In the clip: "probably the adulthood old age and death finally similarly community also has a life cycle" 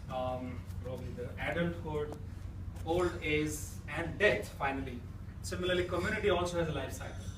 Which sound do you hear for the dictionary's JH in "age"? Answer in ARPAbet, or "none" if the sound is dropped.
Z